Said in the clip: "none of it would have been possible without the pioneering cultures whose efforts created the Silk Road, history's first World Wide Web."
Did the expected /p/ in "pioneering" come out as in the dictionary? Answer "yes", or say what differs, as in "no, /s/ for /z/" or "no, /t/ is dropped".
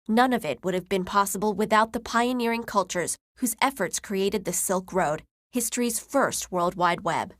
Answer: yes